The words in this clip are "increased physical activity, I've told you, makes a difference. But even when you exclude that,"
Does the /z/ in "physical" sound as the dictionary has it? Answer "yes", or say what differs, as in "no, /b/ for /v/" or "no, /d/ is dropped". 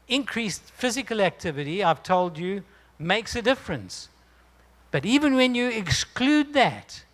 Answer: yes